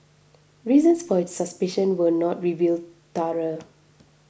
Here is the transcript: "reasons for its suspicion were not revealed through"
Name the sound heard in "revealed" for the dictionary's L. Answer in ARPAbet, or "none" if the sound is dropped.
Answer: L